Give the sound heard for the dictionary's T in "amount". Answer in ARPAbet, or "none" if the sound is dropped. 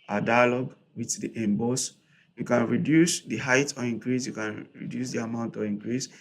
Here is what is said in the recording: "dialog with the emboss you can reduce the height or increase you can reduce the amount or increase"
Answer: T